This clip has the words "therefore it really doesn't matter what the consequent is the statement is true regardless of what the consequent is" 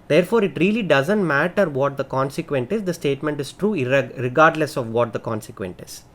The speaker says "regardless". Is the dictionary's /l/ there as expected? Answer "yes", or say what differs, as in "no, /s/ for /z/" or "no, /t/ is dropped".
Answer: yes